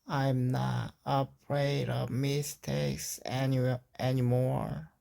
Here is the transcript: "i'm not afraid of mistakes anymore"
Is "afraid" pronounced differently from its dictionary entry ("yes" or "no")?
yes